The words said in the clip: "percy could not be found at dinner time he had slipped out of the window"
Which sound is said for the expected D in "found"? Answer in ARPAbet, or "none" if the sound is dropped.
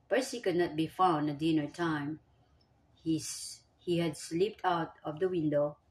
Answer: none